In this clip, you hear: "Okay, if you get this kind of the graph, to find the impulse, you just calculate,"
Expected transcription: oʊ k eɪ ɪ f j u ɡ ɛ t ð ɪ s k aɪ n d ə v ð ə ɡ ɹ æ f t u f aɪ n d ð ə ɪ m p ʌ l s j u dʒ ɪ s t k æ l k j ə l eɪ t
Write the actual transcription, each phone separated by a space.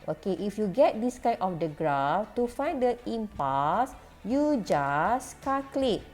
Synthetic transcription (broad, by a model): oʊ k eɪ ɪ f j u ɡ ɛ t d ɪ s k aɪ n ə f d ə ɡ ɹ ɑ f t u f aɪ n d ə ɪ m p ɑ s j u dʒ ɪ s k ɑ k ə l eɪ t